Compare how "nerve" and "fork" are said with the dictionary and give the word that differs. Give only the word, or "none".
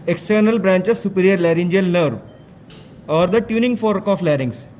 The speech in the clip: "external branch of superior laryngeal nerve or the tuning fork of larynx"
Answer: none